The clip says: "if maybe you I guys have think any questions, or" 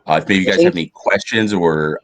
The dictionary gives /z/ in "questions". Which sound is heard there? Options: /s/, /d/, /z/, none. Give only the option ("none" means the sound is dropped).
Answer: /z/